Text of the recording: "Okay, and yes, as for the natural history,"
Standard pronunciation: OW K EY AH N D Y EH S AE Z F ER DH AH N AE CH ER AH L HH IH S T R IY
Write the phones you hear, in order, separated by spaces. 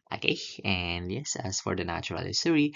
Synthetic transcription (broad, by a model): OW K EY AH N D Y EH S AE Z F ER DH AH N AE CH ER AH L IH S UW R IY